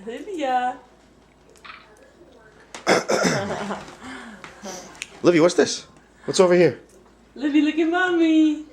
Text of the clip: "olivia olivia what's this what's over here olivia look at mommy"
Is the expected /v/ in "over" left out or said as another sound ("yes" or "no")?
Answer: no